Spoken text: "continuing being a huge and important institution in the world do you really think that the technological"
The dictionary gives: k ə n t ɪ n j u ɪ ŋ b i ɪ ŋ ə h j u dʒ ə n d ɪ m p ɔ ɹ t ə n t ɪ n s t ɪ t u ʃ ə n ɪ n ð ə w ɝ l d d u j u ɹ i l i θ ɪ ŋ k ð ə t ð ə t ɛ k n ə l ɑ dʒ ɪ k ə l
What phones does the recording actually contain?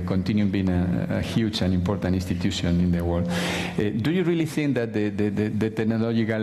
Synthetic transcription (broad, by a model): k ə n t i n j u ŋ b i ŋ ə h j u tʃ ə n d ɪ m p ɔ ɹ t ə n t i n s t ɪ t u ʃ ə n ɪ n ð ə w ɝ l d d u j u ɹ i l i θ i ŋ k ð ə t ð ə t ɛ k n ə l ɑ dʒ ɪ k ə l